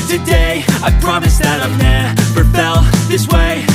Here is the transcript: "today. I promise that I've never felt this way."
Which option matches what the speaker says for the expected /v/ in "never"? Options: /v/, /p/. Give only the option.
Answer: /p/